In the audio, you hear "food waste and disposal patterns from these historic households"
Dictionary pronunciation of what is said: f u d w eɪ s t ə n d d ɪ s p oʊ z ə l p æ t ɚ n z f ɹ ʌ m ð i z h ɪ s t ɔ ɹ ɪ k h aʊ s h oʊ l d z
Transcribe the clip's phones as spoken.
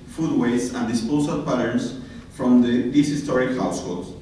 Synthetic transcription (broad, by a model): f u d w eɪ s ə n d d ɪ s p oʊ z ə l p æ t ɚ n s f ɹ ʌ m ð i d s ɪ s t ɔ ɹ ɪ k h aʊ s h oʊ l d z